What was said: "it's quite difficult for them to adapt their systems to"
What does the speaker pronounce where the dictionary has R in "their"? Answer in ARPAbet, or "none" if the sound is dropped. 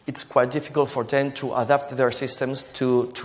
R